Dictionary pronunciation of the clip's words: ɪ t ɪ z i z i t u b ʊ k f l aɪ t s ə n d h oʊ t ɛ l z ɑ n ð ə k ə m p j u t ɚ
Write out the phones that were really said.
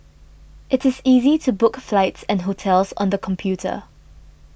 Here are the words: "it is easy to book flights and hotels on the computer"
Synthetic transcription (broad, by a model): ɪ t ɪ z i z i t u b ʊ k f l aɪ t s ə n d h oʊ t ɛ l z ɑ n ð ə k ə m p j u t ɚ